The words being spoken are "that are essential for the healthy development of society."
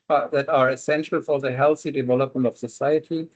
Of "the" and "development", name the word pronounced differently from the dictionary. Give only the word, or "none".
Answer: none